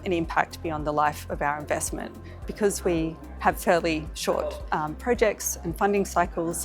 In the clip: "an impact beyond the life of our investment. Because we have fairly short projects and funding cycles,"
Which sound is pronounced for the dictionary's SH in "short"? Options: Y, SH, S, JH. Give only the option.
SH